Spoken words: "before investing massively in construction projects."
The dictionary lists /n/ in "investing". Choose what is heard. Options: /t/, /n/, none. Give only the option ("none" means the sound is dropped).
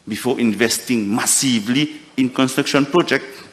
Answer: /n/